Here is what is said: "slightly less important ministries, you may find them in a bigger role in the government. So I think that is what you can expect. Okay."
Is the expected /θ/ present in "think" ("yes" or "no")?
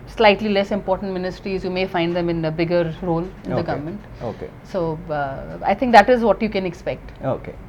no